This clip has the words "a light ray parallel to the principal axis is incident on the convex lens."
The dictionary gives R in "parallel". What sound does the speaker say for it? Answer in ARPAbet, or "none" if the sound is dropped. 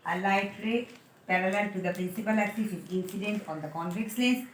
R